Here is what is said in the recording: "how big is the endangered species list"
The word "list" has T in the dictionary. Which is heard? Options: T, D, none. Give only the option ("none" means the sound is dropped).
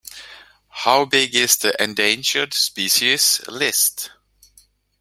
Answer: T